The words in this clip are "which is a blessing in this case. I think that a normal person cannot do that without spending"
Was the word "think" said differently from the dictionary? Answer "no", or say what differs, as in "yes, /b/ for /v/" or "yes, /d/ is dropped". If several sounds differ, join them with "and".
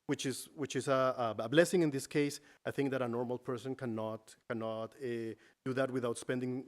no